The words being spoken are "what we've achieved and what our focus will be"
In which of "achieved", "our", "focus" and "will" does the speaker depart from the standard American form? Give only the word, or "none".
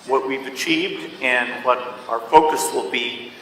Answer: achieved